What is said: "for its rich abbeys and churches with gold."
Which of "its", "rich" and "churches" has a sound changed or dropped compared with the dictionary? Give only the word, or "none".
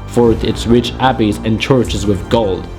none